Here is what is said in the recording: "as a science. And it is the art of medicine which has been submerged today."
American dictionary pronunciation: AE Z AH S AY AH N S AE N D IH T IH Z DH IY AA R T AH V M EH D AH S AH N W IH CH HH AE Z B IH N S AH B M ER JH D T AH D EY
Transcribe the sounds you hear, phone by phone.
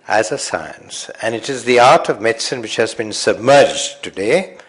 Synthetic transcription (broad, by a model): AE Z AH S AY AH N S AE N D IH T IH Z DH IY AA R T AH V M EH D S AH N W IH CH HH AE Z B IH N S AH B M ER JH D T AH D EY